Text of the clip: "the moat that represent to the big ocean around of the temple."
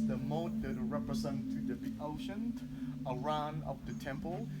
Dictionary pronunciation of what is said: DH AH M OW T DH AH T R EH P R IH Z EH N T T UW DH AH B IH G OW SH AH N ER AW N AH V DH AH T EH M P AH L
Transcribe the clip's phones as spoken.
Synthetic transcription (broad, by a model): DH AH M OW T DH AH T R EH P R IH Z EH N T T UW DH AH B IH OW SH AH N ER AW N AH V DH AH T EH M P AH L